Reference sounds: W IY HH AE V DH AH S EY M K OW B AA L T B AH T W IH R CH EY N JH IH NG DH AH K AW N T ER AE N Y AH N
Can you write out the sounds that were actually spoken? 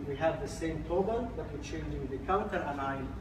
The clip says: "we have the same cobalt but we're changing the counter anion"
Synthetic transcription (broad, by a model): W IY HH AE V DH AH S EY M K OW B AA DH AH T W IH L CH EY N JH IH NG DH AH K AW N T ER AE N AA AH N